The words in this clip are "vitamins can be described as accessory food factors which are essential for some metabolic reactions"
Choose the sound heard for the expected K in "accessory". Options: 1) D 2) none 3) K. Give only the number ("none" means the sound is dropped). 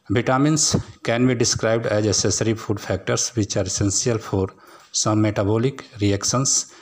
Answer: 2